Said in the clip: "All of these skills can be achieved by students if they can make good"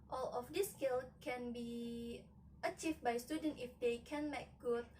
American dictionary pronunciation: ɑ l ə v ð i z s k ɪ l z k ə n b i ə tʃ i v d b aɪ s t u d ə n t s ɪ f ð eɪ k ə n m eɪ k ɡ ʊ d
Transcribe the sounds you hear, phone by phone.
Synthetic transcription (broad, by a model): ɑ l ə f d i s k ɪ l k ə n b i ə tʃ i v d b aɪ s t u d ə n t ɪ f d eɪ k ə n m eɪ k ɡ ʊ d